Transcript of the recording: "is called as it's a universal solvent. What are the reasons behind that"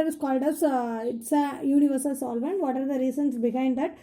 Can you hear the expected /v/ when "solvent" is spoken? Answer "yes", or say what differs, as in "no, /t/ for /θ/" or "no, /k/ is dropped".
yes